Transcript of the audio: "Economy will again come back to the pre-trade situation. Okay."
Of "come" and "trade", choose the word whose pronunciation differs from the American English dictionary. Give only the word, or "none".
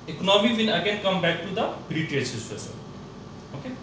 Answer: trade